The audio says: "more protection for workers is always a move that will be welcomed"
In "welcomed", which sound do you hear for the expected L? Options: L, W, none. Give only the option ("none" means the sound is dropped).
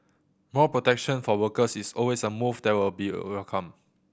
none